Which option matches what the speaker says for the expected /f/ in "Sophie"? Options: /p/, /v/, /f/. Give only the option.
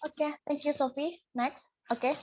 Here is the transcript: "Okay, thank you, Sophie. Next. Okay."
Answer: /f/